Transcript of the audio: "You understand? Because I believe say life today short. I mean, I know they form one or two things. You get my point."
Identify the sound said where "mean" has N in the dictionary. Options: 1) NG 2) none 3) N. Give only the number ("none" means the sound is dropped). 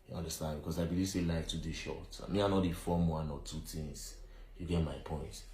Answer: 2